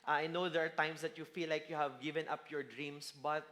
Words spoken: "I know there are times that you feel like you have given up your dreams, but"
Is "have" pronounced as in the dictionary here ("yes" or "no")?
yes